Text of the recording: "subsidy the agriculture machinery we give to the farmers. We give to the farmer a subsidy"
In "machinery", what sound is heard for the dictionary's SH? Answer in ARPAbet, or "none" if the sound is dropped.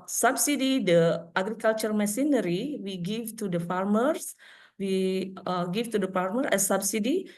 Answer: S